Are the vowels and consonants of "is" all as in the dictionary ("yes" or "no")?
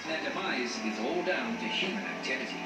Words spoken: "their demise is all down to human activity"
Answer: yes